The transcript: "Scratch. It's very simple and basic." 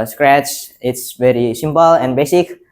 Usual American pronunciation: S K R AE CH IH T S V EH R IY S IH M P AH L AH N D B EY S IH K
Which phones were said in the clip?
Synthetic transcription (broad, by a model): S K R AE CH IH T S V EH R IY S IH M P AH L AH N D B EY S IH K